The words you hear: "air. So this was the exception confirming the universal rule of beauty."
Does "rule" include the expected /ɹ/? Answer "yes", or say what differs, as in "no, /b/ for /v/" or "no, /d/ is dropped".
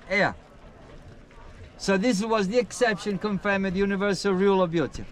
yes